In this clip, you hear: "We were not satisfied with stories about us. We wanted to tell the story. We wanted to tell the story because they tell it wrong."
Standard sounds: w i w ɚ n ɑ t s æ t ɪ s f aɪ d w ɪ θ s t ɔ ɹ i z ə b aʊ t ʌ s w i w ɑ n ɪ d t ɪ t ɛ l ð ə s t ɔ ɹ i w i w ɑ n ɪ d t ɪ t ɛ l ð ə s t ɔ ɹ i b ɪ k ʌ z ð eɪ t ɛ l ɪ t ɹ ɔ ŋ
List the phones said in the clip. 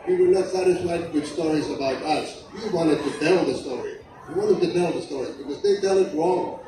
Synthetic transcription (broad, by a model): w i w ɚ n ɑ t s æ t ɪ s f aɪ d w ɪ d s t ɔ ɹ i z ə b aʊ t ʌ s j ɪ w ɑ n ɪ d t ɪ t ɛ l ð ə s t ɔ ɹ i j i w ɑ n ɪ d t ɪ t ɛ l ð ə s t ɔ ɹ i b ɪ k ʌ z ð eɪ t ɛ l ɪ t ɹ ɔ ŋ